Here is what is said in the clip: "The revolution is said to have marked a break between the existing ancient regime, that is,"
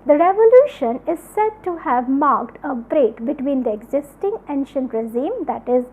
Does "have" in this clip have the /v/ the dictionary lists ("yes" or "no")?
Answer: yes